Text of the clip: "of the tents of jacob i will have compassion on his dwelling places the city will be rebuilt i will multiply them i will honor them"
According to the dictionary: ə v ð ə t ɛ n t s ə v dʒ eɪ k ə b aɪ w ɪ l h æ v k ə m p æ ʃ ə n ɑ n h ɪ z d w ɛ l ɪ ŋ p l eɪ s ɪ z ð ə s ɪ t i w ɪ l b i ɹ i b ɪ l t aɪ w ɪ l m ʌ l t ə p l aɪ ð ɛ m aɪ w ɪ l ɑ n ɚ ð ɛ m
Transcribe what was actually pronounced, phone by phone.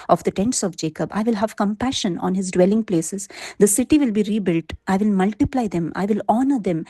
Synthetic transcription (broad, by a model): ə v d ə t ɛ n t s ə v dʒ eɪ k ə b aɪ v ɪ l h æ v k ə m p æ ʃ ə n ɑ n h ɪ z d w ɛ l ɪ ŋ p l eɪ s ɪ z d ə s ɪ t i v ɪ l b i ɹ i b ɪ l t aɪ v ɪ l m ʌ l t ə p l aɪ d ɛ m aɪ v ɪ l ɑ n ɚ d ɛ m